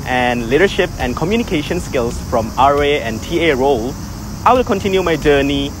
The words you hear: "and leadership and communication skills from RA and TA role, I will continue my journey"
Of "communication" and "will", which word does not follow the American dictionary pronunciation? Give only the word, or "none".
none